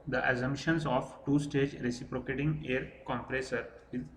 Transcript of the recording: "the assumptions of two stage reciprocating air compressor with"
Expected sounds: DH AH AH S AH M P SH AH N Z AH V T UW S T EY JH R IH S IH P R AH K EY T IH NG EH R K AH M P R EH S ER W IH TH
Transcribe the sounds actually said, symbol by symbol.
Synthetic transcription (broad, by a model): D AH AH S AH M SH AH N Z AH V T UW S T EY JH R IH S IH P R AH K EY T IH NG EH R K AH M P R EH S ER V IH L